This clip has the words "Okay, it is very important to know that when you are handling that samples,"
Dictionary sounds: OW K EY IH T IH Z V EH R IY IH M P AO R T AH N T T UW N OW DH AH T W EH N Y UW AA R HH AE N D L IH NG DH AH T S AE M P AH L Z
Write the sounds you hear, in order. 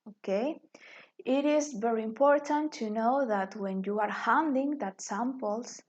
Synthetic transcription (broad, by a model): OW K EY IH T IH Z V EH R IY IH M P AO R T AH N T T UW N OW DH AH T W EH N Y UW AA R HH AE N D IH NG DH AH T S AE M P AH L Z